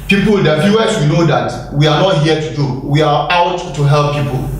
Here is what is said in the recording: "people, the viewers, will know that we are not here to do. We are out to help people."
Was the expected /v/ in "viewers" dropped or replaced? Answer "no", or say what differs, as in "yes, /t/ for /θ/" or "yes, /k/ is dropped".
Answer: yes, /f/ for /v/